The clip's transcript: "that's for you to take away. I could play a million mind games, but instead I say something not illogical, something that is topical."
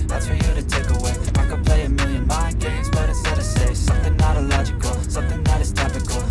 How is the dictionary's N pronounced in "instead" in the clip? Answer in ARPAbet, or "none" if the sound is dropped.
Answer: none